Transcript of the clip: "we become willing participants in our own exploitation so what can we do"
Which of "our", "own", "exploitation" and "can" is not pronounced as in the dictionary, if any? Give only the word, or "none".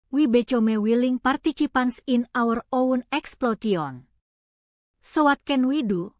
exploitation